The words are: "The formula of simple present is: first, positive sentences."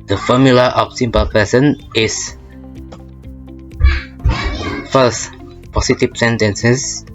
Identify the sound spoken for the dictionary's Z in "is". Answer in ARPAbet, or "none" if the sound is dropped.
S